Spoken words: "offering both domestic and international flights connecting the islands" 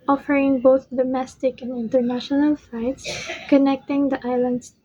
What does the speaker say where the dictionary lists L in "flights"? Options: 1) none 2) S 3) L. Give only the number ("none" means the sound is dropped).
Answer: 1